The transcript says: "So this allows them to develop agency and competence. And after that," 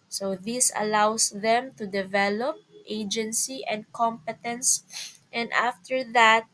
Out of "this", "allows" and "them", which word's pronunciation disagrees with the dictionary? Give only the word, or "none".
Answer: allows